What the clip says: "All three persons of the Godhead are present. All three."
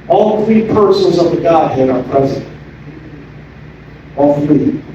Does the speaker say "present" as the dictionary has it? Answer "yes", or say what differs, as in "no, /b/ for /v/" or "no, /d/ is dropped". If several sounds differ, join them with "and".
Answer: yes